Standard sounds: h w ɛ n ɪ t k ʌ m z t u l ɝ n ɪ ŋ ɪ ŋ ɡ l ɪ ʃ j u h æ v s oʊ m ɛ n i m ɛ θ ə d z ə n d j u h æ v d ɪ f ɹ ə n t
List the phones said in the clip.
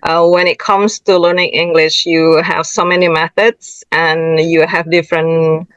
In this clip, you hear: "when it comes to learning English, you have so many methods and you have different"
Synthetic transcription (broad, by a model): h w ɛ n ɪ t k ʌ m s t u l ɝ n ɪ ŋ ɪ ŋ ɡ l ɪ ʃ j u h æ v s oʊ m ɛ n i m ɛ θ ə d s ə n j u h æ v d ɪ f ɹ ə n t